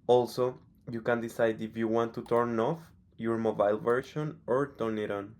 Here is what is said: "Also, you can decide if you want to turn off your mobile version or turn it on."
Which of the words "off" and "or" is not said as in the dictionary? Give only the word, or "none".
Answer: none